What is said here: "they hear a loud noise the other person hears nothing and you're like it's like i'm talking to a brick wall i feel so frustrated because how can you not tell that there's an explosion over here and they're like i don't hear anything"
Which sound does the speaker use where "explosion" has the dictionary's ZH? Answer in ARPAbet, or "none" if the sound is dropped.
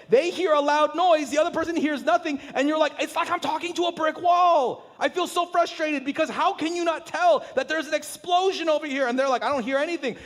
ZH